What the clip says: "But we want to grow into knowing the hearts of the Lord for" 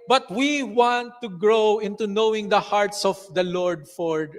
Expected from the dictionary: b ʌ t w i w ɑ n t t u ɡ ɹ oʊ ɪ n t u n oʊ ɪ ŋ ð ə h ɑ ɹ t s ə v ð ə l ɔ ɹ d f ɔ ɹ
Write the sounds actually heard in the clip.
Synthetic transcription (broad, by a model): b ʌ t w i w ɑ n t t u ɡ ɹ oʊ ɪ n t u n oʊ ɪ ŋ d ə h ɑ ɹ t s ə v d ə l ɔ ɹ d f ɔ ɹ